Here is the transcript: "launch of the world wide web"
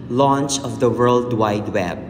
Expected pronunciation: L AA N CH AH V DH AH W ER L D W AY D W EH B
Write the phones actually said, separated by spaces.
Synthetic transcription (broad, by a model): L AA N CH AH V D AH W ER L D W AY D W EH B